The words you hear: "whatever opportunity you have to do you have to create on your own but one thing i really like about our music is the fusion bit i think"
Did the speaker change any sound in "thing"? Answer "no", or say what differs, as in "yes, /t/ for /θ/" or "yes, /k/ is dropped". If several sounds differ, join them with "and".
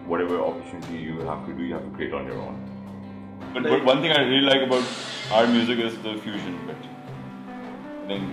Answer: yes, /t/ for /θ/